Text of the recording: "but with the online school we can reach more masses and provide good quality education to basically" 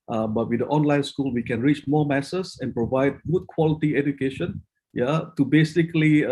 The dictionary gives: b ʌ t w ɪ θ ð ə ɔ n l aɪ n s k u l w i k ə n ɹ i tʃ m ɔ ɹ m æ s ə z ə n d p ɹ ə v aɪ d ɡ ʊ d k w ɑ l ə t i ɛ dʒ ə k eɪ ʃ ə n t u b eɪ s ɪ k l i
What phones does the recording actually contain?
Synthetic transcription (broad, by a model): b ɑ t w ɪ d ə ɔ n l aɪ n s k u l w i k ə n ɹ i tʃ m ɔ m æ s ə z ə n p ɹ ə v aɪ d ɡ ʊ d k w ɑ l ə t i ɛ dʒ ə k eɪ ʃ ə n t u b eɪ s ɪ k l i